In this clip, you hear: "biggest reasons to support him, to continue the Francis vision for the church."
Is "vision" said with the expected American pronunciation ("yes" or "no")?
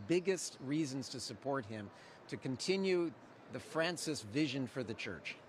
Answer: yes